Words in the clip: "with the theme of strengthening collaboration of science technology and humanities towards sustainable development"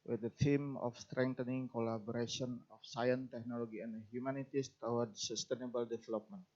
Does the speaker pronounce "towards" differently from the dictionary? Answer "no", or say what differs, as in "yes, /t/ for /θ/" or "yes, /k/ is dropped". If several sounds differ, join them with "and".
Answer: yes, /w/ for /ɹ/